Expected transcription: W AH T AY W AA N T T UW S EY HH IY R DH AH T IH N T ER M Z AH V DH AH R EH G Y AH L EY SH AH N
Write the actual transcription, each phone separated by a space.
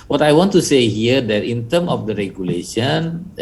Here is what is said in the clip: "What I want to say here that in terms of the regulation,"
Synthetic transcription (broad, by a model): W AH T AY W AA N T T UW S EY HH IY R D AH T IH N T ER M AH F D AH R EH G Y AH L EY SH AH N